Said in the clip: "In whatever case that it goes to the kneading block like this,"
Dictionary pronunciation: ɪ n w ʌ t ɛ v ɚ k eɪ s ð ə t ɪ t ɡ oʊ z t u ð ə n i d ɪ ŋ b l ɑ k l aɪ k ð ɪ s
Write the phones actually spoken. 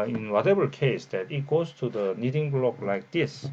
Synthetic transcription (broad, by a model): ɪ n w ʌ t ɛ b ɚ k eɪ s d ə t ɪ t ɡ oʊ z t u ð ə n i d ɪ ŋ b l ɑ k l aɪ k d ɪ s